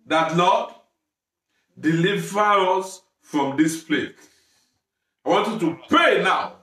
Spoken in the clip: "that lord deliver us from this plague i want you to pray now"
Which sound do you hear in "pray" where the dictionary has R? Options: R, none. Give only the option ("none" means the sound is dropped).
none